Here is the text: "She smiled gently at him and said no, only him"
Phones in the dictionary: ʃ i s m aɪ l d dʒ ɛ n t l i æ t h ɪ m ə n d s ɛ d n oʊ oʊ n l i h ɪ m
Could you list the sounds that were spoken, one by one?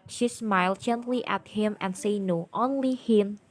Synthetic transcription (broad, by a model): ʃ i s m aɪ l d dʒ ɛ n t l i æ t h ɪ m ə n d s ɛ n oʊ oʊ n l i h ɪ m